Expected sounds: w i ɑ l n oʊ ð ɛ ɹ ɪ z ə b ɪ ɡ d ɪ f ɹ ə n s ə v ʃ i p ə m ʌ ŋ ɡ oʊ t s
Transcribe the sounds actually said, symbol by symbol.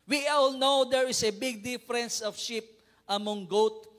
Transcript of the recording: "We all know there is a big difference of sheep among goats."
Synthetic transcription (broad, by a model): w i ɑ l n oʊ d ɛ ɹ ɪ s ə b ɪ ɡ d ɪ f ɹ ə n s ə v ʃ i p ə m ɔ ŋ ɡ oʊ t